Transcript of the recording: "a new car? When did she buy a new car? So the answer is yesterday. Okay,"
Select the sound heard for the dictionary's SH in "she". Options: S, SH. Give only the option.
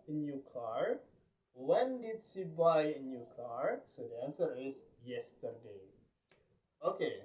S